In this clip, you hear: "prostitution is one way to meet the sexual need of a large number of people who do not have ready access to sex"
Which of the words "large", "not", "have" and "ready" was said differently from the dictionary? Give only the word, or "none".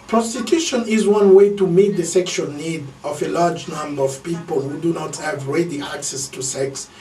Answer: none